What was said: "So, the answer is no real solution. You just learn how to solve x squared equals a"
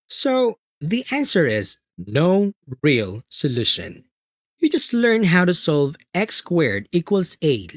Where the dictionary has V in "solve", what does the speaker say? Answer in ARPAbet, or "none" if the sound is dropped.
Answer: V